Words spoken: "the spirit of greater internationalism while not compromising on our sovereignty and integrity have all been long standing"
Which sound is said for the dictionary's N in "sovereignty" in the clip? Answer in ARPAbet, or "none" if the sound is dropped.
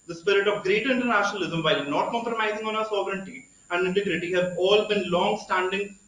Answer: N